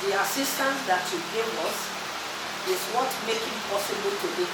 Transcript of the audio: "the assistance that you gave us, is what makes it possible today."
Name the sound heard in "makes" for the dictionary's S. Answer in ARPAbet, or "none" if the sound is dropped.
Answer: none